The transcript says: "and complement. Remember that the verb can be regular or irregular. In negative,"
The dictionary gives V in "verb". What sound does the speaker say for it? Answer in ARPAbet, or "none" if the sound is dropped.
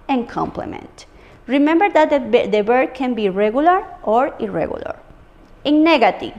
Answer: B